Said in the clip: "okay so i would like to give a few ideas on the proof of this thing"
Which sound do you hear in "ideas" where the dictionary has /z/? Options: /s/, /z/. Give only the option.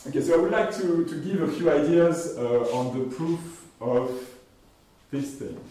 /z/